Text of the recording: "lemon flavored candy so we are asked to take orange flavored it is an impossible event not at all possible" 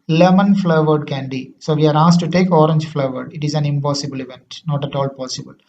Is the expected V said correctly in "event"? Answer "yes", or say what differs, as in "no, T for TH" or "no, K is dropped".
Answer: yes